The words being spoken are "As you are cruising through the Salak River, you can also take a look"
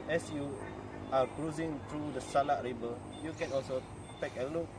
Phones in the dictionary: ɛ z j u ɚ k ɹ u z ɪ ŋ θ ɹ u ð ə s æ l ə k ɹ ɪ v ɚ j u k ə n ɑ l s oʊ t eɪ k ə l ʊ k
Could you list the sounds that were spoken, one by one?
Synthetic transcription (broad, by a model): ɛ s j u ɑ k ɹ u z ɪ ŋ t ɹ u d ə s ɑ l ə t ɹ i b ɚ j u k ə n ɑ l s oʊ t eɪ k ə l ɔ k